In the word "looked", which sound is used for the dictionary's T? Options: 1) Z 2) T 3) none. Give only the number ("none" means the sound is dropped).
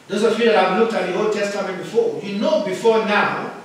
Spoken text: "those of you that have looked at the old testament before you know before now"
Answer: 2